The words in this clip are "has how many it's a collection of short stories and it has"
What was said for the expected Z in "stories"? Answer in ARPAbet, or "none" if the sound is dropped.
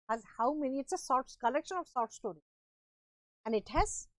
none